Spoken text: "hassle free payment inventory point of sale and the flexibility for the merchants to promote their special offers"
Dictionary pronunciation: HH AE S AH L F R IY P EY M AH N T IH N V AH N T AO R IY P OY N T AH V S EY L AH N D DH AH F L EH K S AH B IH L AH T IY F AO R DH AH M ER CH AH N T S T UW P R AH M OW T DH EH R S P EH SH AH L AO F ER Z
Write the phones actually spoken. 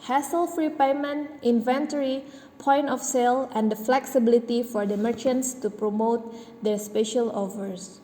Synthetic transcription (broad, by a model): HH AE S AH L F R IY P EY M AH N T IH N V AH N T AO R IY P OY N T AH F S EY L AH N D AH F L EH K S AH B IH L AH T IY F AO R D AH M ER CH AH N T S T UW P R AH M OW T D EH R S P EH SH AH L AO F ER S